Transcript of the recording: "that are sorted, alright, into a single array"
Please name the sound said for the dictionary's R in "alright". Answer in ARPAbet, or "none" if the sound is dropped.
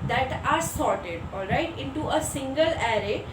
R